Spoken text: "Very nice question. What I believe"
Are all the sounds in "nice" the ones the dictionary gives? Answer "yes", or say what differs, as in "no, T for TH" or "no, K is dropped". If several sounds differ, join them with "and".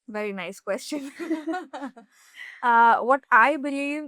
yes